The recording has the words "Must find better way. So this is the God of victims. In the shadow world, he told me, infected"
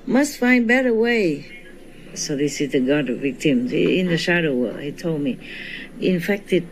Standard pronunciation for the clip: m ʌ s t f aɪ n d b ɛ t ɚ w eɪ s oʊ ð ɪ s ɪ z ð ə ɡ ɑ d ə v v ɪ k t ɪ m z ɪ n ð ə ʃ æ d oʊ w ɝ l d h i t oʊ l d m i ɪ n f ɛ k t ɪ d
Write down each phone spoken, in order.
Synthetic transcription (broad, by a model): m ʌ s t f aɪ n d b ɛ t ɚ w eɪ s oʊ ð ɪ s ɪ z ð ə ɡ ɑ d ə v v ɪ k t ɪ m z ɪ n ð ə ʃ æ d oʊ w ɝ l h i t oʊ l d m i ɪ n f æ k t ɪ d